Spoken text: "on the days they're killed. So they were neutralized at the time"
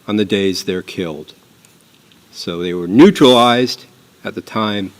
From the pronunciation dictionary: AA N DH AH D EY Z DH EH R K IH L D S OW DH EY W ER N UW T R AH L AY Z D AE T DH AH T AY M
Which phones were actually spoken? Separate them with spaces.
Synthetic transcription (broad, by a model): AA N DH AH D EY Z DH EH R K IH L D S OW DH EY W ER N UW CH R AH L AY Z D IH T DH AH T AY M